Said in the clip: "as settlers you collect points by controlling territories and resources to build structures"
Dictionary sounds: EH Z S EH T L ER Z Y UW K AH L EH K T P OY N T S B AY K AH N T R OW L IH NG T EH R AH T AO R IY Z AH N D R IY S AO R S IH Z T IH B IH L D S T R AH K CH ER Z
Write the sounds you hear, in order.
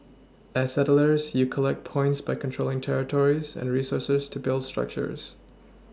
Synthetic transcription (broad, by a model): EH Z S EH T L ER Z Y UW K AH L EH K T P OY N T S B AY K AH N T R OW L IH NG T EH R AH T AO R IY Z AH N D R IY S AO R S IH Z T IH B IH L D S T R AH K CH ER Z